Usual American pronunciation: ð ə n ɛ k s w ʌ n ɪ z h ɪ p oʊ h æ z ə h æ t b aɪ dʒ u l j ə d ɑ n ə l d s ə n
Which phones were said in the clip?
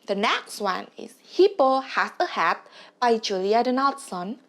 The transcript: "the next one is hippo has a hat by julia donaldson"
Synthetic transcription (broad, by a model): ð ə n ɛ k s w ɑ n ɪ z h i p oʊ h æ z ə h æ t b aɪ dʒ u l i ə d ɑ n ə l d s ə n